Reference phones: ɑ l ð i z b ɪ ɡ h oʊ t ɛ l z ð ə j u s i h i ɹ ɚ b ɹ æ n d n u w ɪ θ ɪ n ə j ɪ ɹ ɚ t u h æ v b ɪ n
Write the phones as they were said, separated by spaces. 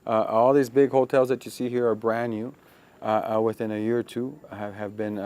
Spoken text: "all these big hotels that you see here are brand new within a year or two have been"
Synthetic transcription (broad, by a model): ɑ l ð i z b ɪ ɡ h oʊ t ɛ l z ð ə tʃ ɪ s i h i ɹ ɚ b ɹ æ n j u w ɪ θ ɪ n ə j ɪ ɹ ɚ t u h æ v b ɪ n